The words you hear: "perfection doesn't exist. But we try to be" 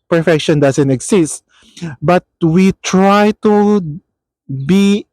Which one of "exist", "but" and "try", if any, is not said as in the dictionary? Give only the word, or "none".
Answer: exist